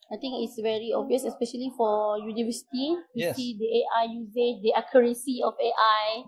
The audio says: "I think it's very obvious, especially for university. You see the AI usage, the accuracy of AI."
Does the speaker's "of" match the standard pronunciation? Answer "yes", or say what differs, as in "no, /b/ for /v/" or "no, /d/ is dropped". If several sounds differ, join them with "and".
no, /f/ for /v/